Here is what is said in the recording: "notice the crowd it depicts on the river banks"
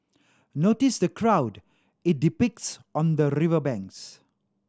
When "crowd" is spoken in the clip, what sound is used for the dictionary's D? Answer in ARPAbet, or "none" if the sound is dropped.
D